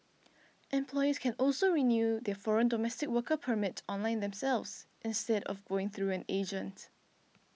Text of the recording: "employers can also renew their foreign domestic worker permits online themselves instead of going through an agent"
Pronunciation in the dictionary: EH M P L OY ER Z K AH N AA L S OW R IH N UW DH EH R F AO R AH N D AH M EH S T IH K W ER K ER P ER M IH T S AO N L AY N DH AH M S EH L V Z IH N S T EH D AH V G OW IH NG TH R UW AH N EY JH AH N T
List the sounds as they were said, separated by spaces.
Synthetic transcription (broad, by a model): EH M P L OY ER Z K AH N AA L S OW R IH N UW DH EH F AO R AH N D AH M EH S T IH K W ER K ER P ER M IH T AO N L AY N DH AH M S EH L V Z IH N S T EH D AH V G OW IH NG TH R UW AH N EY JH AH N T